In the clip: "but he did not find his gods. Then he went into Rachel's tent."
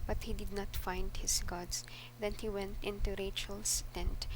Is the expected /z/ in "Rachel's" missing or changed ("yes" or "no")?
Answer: yes